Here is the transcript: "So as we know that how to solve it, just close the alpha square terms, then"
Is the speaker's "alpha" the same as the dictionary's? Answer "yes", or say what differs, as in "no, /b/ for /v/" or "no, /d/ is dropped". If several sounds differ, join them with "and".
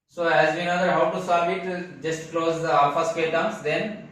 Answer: no, /l/ is dropped